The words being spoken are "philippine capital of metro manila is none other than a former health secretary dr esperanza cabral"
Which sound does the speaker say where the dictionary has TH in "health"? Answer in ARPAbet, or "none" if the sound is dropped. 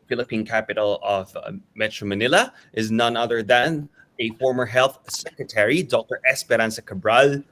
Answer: TH